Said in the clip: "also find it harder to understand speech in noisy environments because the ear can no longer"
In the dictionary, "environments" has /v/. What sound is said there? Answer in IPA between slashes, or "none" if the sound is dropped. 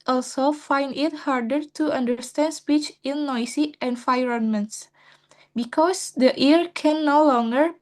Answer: /f/